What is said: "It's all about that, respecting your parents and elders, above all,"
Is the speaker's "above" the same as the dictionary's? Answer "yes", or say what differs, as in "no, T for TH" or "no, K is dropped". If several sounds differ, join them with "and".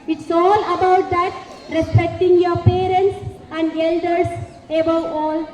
no, V is dropped